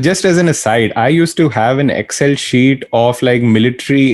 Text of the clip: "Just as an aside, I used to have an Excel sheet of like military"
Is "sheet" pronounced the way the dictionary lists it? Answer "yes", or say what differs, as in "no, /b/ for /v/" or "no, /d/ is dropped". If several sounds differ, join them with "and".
yes